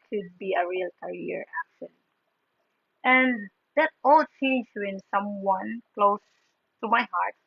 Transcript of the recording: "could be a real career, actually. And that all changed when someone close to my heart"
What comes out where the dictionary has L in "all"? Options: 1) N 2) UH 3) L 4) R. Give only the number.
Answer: 3